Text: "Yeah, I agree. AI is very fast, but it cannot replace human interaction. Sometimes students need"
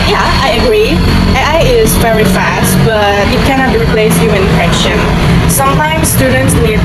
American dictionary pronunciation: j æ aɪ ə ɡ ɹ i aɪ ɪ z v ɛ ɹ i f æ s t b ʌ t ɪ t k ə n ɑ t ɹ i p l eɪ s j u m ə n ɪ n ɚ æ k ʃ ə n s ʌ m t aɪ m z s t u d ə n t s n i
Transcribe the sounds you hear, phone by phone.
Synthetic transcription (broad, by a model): j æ aɪ ə ɡ ɹ i aɪ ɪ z v ɛ ɹ i f æ s t b ʌ t ɪ t k ə n ɑ t ɹ i p l eɪ s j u ə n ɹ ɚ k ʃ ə n s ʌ m t aɪ m s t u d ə n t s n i